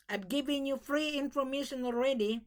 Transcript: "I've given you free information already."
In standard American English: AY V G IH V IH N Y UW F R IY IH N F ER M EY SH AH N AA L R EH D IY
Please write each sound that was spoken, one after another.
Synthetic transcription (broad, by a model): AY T G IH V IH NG Y UW F R IY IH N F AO M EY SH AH N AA L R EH D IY